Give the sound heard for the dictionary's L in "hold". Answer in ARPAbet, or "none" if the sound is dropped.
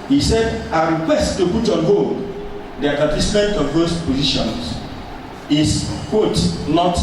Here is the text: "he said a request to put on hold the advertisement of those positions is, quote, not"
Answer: none